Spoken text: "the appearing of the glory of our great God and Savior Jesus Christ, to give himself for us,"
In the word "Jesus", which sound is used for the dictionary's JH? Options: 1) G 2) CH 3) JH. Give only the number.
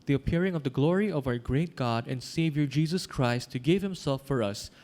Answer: 3